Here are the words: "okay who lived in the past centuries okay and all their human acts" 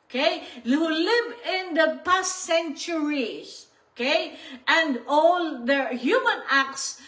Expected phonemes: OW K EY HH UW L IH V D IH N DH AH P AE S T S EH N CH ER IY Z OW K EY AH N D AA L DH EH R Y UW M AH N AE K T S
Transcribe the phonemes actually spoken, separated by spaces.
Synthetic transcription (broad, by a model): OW K EY HH UW L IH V IH N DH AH P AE S T S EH N CH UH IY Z OW K EY AH N D AA L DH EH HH Y UW M AH N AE K T S